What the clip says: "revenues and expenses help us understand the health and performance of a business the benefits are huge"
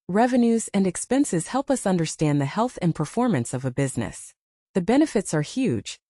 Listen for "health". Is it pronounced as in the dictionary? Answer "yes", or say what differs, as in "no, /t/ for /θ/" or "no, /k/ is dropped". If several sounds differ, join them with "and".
yes